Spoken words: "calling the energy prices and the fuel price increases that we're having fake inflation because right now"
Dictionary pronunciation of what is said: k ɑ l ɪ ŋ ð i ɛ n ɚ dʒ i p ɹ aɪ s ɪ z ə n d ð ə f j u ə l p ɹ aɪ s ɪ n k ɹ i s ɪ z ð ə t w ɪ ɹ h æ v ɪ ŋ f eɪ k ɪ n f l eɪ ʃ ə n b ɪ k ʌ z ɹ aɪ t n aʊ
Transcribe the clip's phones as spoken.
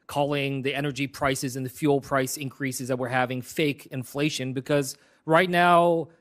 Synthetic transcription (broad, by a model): k ɑ l ɪ ŋ ð i ɛ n ɚ dʒ i p ɹ aɪ s ɪ z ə n ð ə f j u l p ɹ aɪ s ɪ n k ɹ i s ɪ z ð ə t w ɪ ɹ h æ v ɪ ŋ f eɪ k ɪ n f l eɪ ʃ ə n b ɪ k ʌ z ɹ aɪ t n aʊ